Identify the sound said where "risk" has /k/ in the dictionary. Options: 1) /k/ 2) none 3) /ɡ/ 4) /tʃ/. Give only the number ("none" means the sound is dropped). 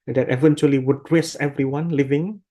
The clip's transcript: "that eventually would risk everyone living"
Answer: 2